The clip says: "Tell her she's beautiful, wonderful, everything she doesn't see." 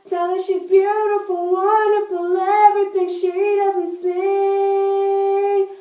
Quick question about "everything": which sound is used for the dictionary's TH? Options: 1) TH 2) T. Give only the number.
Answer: 1